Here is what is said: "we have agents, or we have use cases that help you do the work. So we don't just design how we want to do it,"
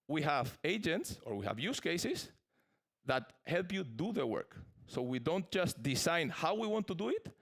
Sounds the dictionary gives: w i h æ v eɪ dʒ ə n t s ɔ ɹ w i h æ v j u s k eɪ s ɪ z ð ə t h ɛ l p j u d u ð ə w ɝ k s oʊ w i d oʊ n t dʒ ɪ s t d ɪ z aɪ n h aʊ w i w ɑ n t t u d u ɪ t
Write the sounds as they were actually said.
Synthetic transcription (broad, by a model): w i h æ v eɪ dʒ ə n t s ɔ ɹ w i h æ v j u s k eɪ s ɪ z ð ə t h ɛ l p j u d u ð ə w ɝ k s oʊ w i d oʊ n t dʒ ɪ s t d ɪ s aɪ n h aʊ w i w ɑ n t t u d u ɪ t